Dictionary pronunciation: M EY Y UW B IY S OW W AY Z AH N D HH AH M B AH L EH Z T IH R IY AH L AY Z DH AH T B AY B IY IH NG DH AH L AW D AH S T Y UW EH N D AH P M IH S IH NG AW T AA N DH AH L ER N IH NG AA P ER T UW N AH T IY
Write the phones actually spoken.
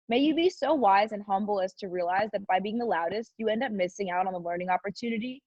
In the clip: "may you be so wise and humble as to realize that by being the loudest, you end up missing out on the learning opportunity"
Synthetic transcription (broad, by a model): M EY Y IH B IY S OW W AY Z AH N HH AH M B L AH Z T IH R IY AH L AY Z DH AH T B AY B IY IH NG DH AH L AW D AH S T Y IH EH N D AH P M IH S IH NG AW T N DH AH L ER N IH NG AA P ER T UW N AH T IY